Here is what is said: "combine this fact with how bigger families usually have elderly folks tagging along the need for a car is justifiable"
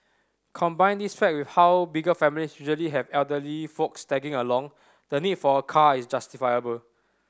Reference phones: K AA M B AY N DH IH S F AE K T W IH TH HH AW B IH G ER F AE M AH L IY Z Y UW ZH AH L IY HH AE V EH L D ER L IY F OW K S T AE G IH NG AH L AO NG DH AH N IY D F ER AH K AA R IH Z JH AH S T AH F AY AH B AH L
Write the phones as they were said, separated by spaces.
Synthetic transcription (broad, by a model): K AA M B AY N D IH S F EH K W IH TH HH AW B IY G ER F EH M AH L IY S Y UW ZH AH L IY HH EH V EH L D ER L IY F OW K S T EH G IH NG AH L AO NG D AH N IY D F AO AH K AA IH S JH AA S T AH F AY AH B AH L